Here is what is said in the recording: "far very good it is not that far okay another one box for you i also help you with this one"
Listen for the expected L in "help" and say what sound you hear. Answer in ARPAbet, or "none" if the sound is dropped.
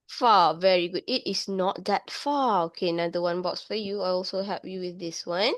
none